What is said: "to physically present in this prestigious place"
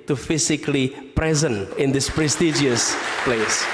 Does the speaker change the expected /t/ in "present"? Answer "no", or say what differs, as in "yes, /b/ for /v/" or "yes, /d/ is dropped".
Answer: yes, /t/ is dropped